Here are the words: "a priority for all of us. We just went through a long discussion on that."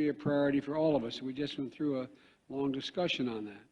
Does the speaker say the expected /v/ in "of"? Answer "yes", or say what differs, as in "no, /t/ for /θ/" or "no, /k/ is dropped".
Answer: yes